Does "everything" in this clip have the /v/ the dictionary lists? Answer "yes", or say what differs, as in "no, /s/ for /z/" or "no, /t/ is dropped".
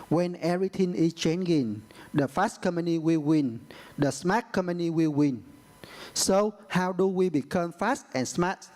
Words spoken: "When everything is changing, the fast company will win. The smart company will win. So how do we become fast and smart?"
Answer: no, /v/ is dropped